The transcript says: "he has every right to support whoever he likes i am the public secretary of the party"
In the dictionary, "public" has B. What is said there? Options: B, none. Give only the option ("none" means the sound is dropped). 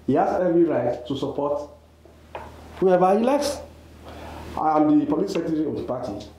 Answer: none